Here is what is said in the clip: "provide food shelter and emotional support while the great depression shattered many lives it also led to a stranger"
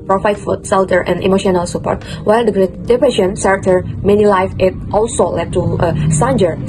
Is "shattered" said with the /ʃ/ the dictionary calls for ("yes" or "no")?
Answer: no